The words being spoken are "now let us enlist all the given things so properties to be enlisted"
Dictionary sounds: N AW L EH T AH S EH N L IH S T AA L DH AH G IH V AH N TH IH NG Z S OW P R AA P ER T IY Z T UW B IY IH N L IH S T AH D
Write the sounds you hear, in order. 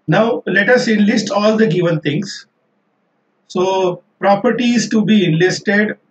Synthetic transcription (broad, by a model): N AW L EH T AH S EH N L IH S T AA L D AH G IH V AH N T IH NG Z S OW P R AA P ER T IY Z T UW B IY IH N L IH S T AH D